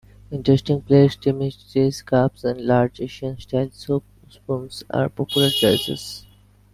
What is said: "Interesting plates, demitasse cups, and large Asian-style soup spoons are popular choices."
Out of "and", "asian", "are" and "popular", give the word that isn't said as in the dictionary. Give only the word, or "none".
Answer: asian